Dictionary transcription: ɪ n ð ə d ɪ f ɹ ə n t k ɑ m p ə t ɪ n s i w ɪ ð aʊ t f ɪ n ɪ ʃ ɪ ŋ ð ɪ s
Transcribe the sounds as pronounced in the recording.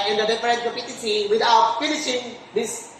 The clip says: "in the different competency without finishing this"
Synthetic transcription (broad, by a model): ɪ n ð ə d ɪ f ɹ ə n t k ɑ p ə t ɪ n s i w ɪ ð aʊ t f ɪ n ɪ ʃ ɪ ŋ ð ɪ s